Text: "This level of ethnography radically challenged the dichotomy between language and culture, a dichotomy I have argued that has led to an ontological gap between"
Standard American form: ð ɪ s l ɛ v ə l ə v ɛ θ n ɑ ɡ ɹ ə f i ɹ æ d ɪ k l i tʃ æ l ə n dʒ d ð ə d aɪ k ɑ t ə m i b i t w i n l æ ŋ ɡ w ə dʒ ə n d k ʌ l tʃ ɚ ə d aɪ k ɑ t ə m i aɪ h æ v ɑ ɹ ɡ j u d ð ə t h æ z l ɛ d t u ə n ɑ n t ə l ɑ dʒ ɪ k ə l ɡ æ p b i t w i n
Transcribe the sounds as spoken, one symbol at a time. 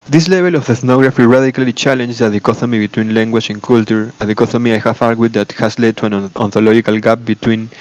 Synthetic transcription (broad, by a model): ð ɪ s l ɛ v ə l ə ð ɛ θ n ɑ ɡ ɹ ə f i ɹ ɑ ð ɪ k l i tʃ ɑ l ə n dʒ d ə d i k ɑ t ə m i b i t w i n l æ ŋ ɡ w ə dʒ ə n k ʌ l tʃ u ə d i k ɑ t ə m i aɪ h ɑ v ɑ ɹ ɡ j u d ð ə t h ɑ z l ɛ d t u ə n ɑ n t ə l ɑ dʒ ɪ k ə l ɡ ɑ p b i t w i n